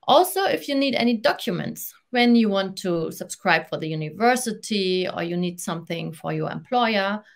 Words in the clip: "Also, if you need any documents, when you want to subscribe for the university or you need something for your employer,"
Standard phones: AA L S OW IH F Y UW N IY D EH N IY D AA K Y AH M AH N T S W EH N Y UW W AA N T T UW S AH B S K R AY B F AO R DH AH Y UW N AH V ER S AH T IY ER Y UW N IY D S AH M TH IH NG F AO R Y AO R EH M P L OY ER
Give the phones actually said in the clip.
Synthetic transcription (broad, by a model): AA L S OW IH F Y UW N IY D EH N IY D AA K Y AH M AH N T S W EH N Y UW W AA N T T UW S AH B S K R AY B F AO R DH AH Y UW N AH V ER S AH T IY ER Y UW N IY D S AH M TH IH NG F AO R Y AO R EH M P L OY ER